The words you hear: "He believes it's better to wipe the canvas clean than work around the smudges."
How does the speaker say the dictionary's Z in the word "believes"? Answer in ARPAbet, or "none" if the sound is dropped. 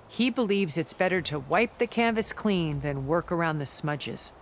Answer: Z